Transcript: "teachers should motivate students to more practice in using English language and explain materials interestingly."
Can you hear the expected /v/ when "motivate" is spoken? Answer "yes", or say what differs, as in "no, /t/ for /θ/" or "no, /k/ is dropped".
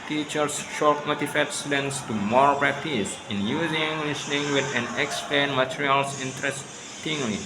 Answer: no, /f/ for /v/